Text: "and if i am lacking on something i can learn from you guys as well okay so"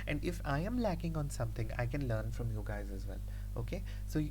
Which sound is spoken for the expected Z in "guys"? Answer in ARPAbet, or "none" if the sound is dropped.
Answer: Z